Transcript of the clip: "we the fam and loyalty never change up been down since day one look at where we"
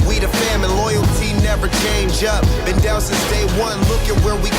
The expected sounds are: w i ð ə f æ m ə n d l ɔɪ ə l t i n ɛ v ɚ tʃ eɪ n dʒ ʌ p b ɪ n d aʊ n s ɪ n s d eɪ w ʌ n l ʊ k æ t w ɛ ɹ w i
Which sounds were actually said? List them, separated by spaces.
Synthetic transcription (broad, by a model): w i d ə f æ m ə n l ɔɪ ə l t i n ɛ v ɚ tʃ eɪ n dʒ ʌ p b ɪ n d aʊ l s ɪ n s d eɪ w ʌ n l ʊ k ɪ t w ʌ ɹ w i